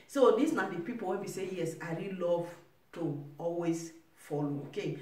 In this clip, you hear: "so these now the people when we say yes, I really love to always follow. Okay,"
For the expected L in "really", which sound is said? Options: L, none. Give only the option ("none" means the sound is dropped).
L